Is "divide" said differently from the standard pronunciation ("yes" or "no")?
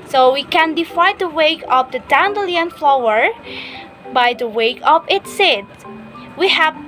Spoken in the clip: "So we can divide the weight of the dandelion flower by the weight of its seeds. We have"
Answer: yes